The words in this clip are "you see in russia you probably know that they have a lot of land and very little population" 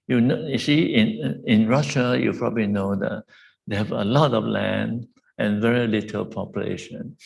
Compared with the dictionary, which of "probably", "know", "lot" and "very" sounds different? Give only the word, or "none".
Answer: none